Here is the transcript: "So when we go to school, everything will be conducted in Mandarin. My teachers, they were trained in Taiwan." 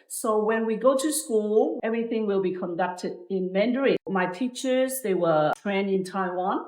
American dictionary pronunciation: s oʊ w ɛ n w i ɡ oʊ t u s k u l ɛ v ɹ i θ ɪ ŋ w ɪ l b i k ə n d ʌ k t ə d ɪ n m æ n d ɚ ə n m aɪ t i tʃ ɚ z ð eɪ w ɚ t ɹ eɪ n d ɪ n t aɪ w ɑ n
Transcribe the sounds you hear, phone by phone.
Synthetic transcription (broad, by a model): s oʊ w ɛ n w i ɡ oʊ t u s k u l ɛ v ɹ i θ ɪ ŋ w ɪ l b i k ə n d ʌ k t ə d ɪ n m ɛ n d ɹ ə m aɪ t i tʃ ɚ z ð eɪ w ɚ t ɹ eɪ n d ɪ n t aɪ w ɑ n